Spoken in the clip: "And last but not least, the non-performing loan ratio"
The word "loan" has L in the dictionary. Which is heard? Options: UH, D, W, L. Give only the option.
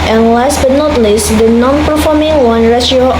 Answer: W